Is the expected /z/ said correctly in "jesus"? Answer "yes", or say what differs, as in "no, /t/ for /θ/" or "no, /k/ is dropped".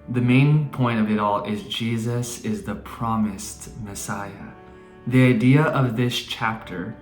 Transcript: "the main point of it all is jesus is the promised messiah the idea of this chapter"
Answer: yes